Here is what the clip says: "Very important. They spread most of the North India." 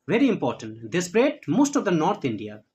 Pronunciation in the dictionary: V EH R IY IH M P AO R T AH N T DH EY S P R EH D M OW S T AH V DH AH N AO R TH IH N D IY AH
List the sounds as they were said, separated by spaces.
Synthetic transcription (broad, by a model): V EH R IY IH M P AO R T AH N T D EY S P R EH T M OW S T AH V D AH N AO R T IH N D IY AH